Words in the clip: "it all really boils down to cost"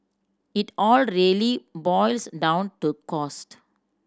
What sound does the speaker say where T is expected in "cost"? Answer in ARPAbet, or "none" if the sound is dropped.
T